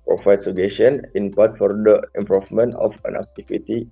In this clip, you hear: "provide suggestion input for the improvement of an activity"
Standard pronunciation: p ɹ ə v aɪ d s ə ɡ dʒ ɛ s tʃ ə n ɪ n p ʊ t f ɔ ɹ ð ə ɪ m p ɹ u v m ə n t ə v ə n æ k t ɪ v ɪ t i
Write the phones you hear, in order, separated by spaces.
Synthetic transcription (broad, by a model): p ɹ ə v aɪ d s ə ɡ ɛ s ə n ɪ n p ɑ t f ɔ ɹ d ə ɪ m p ɹ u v m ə n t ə f ə n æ k t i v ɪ t i